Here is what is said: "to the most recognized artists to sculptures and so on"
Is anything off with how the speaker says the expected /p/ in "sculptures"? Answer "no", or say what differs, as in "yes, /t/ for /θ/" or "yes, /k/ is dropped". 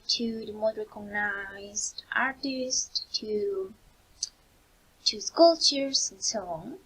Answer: yes, /p/ is dropped